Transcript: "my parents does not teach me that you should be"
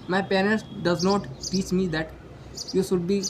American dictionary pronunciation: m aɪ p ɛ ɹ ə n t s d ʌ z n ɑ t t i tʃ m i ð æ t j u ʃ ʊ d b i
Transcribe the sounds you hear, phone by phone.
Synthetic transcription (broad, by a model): m aɪ p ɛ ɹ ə l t d ʌ z n ɑ t t i tʃ m i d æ t j u ʃ ʊ d b i